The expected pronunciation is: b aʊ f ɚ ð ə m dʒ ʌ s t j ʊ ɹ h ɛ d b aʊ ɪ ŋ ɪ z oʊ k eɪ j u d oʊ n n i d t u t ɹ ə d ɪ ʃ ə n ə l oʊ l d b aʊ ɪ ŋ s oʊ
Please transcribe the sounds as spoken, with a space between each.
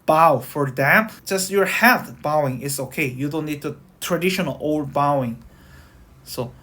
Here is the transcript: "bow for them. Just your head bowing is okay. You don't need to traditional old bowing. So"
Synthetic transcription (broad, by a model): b aʊ f ɚ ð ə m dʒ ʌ s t j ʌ ɹ h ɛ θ b aʊ ɪ ŋ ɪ s oʊ k eɪ j u d oʊ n n i d t u t ɹ ə d ɪ ʃ ə n ə l oʊ l d b aʊ ɪ ŋ s oʊ